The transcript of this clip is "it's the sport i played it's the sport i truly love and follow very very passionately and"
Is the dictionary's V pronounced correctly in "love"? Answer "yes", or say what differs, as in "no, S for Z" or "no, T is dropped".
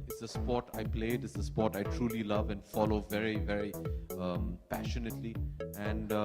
yes